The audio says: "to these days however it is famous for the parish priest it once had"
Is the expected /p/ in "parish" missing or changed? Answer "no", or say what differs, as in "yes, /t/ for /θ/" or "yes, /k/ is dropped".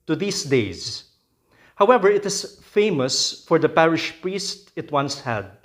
no